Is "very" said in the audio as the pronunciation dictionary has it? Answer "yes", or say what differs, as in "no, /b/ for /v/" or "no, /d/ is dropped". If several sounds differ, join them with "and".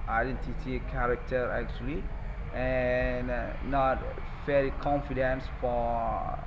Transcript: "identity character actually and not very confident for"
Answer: no, /f/ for /v/ and /l/ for /ɹ/